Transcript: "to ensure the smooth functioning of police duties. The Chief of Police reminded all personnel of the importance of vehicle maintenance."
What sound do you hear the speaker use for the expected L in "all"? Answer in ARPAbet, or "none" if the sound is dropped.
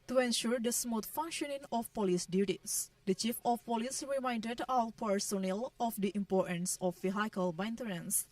W